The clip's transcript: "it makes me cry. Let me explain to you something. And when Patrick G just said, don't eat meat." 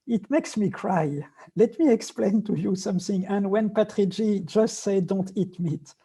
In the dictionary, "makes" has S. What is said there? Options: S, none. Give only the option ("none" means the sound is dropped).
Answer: S